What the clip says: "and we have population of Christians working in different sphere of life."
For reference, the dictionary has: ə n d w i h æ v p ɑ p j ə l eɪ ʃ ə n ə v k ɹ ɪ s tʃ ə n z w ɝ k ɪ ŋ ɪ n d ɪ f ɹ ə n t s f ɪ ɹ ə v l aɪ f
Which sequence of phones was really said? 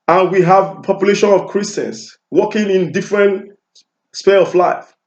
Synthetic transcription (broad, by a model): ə n w i h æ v p ɑ p j ə l eɪ ʃ ə n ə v k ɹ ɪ s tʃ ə n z w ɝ k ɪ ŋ ɪ n d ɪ f ɹ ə n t s p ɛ l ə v l aɪ f